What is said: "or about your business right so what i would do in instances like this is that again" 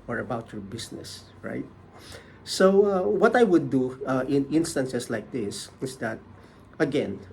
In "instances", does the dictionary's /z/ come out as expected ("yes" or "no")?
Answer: no